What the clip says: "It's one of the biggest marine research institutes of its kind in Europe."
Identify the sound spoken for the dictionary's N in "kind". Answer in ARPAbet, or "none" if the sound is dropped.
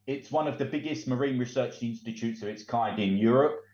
none